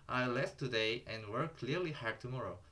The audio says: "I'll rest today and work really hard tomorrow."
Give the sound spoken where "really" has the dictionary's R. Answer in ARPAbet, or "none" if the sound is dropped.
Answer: L